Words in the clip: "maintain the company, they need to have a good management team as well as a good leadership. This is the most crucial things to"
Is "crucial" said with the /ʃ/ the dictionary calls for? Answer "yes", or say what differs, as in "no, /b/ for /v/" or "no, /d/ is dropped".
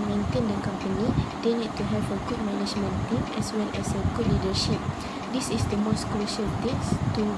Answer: yes